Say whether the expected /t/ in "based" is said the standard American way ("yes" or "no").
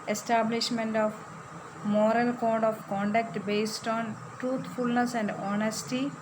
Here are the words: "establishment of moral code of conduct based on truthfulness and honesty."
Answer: yes